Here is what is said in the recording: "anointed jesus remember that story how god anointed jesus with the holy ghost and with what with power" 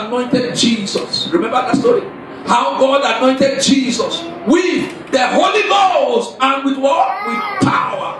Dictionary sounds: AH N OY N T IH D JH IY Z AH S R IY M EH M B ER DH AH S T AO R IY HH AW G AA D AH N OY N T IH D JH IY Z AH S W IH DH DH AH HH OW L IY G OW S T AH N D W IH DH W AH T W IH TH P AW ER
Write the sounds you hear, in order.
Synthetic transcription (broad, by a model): N OY N T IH D JH IY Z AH S R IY M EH M B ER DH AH S T AO R IY HH AW G AA D AH N OY N T IH D JH IY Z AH S W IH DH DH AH HH OW L IY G OW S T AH N W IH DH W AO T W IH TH P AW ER